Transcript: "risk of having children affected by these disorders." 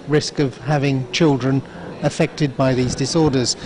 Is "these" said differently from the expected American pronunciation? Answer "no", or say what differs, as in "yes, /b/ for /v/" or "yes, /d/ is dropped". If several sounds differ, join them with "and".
no